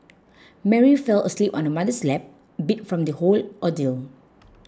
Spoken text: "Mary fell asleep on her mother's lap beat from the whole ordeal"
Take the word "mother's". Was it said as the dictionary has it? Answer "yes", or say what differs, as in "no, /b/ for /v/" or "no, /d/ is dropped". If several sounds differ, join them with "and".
no, /s/ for /z/